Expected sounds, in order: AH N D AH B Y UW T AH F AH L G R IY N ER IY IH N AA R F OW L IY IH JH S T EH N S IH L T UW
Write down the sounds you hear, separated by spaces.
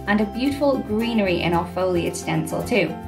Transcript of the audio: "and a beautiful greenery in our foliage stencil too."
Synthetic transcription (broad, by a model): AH N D AH B Y UW T AH F AH L G R IY N ER IY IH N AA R F OW L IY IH S T EH N S IH L T UW